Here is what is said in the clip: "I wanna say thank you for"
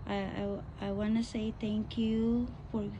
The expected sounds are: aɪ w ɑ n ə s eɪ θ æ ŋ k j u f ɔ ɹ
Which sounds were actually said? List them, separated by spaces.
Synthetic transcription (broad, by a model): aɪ w ɑ n ə s eɪ t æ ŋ k j u f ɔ ɹ